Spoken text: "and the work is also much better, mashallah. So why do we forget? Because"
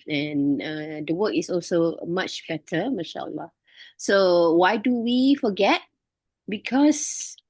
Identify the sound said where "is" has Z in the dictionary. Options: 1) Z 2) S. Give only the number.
2